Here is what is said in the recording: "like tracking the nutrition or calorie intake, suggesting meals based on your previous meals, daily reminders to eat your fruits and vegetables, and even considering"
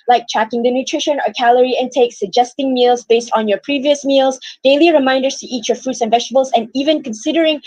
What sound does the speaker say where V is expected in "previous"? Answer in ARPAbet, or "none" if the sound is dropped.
V